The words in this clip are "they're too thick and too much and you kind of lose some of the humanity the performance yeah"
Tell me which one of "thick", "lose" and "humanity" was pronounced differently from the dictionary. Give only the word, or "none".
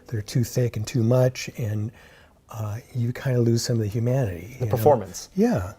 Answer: none